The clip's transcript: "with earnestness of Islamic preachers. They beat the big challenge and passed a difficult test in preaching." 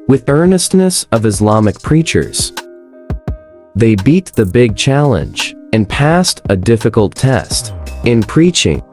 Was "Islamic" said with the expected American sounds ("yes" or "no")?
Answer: yes